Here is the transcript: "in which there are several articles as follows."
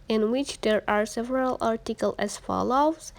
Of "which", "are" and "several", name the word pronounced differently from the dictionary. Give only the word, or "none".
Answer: none